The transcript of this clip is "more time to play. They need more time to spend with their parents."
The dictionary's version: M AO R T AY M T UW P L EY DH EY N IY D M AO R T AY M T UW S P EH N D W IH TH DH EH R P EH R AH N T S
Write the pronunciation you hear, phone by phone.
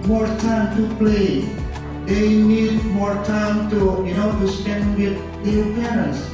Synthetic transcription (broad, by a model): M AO R T AY M T UW P L EY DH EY N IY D M AO R T AY M T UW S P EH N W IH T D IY L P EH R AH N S